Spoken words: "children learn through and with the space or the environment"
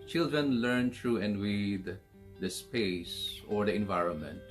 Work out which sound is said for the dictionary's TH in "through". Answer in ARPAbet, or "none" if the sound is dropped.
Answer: T